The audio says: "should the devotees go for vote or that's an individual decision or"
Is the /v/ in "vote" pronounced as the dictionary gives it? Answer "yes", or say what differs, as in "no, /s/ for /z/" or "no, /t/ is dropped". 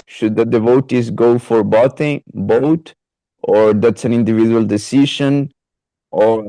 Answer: no, /b/ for /v/